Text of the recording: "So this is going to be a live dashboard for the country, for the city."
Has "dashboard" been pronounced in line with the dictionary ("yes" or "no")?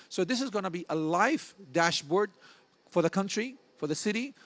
yes